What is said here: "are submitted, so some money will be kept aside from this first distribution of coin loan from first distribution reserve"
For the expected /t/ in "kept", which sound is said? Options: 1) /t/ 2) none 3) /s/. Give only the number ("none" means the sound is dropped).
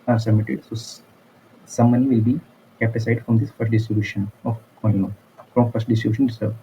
2